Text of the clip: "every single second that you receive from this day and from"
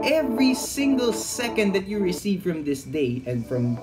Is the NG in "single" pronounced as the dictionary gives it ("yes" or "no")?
yes